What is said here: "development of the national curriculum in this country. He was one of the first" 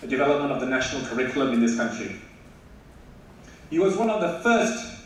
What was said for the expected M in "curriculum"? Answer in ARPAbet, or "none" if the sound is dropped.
M